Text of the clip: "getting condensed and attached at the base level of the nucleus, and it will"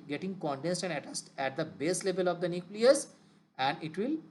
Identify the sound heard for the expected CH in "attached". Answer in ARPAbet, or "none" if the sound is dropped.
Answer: S